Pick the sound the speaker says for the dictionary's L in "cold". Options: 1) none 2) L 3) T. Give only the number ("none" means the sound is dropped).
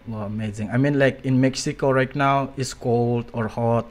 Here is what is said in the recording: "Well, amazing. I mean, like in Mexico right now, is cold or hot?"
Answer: 2